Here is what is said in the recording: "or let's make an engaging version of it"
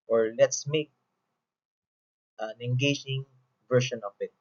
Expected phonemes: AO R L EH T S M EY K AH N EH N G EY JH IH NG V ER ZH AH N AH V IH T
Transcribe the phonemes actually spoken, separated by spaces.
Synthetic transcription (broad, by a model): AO R L EH T S M EY K AH N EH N G EY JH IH NG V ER SH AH N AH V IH T